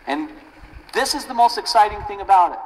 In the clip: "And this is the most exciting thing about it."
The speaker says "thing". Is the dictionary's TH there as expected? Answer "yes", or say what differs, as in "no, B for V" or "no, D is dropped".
yes